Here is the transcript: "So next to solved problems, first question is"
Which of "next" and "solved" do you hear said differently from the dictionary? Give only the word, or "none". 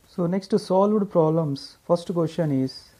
none